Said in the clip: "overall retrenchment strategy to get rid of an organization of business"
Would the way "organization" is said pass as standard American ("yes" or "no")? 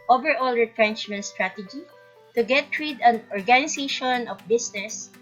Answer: no